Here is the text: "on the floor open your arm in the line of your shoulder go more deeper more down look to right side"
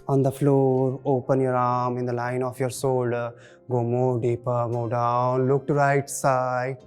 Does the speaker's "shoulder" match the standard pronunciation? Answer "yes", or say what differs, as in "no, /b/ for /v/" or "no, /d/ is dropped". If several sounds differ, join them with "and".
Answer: no, /s/ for /ʃ/